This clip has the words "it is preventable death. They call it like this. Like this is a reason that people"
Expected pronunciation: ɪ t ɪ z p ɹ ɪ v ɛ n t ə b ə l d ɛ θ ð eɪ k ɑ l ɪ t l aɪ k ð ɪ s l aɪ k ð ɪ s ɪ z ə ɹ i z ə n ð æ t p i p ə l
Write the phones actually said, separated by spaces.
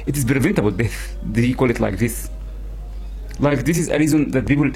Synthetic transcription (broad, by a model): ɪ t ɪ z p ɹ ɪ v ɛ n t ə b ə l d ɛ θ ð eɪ k ɑ l ɪ t l aɪ k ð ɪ s l aɪ k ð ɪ s ɪ z ə ɹ i z ə n ð æ t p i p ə l